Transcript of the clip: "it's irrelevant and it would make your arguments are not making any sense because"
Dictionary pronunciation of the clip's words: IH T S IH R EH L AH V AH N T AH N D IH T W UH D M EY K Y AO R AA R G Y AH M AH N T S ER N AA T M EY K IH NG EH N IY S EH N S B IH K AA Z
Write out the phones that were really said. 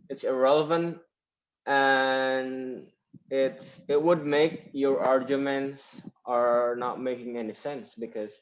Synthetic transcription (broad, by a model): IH T S IH R EH L AH V AH N T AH N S IH T W UH D M EY K Y AO R AA R G Y AH M AH N T S ER N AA T M EY K IH NG EH N IY S EH N S B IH K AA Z